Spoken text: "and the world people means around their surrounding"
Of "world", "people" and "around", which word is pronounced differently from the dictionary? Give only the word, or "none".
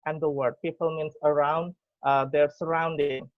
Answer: world